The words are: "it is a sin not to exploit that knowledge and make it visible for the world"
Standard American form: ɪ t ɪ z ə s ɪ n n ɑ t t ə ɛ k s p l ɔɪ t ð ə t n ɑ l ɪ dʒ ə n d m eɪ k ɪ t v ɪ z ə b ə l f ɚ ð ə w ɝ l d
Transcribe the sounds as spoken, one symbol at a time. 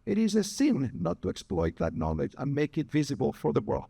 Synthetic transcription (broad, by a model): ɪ t ɪ z ə s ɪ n n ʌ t t ə ɛ k s p l ɔɪ t ð ə t n ɑ l ɪ dʒ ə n m eɪ k ɪ t v ɪ z ə b ə l f ɚ ð ə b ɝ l